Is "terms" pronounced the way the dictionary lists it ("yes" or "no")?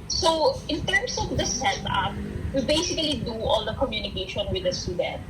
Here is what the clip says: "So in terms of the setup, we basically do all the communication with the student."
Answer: no